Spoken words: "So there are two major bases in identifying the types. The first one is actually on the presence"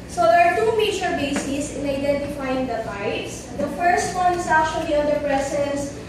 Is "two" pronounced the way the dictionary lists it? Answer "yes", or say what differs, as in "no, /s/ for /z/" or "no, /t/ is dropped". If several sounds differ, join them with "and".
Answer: yes